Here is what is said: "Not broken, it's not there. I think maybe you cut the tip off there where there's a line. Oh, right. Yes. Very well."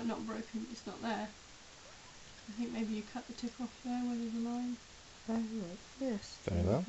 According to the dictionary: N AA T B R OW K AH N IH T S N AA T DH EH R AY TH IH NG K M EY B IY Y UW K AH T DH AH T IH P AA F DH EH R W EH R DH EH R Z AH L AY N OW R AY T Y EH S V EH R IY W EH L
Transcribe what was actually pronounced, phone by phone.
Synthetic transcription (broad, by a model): N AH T B R OW K AH N IH T S N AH T DH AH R AY TH IH NG K M EY B IY Y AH K AH T DH AH T IH P AA F DH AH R W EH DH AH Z AH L AY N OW L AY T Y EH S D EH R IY